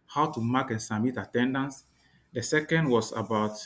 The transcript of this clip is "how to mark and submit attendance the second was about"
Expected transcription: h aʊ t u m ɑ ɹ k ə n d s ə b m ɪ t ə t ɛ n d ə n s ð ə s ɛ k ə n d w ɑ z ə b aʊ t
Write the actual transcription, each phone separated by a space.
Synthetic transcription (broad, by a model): h aʊ t u m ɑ k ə n s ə m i t ə t ɛ n d ə n s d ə s ɛ k ə n d w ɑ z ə b aʊ t